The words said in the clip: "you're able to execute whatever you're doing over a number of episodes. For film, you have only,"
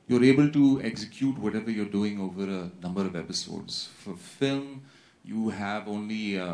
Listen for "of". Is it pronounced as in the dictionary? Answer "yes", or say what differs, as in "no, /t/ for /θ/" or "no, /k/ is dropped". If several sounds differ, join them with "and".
yes